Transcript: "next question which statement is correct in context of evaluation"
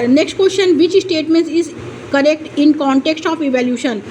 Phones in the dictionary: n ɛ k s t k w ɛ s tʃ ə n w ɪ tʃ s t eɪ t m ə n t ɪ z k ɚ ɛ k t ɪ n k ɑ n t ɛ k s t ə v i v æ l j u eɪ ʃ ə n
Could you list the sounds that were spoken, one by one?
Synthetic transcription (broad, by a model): n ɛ k s t k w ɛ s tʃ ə n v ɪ tʃ s t eɪ t m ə n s ɪ z k ɚ ɛ k t ɪ n k ɑ n t ɛ k s t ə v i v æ l j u ʃ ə n